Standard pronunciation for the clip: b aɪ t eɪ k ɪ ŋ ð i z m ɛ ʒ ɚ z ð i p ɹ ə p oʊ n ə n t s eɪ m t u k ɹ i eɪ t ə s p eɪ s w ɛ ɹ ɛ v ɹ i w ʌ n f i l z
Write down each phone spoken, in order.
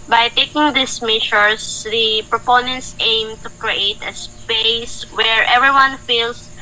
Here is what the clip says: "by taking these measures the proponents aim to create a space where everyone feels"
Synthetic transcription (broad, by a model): b aɪ t eɪ k ɪ ŋ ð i s m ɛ ʃ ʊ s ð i p ɹ ə p oʊ n ə n t s eɪ m t u k ɹ i eɪ t ə s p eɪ s w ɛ ɹ ɛ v ɹ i w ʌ n f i l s